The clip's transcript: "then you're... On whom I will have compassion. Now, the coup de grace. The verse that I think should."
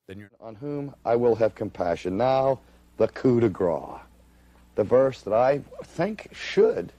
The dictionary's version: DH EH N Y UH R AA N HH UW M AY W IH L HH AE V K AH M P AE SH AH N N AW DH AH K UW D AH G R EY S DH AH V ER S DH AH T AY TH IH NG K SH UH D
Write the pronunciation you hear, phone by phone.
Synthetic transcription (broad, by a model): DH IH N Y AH R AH N HH UW M AY W IH L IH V K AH M P AE SH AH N N AW DH AH K UW D AH G R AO DH AH V ER S DH AH T AY TH IH NG K SH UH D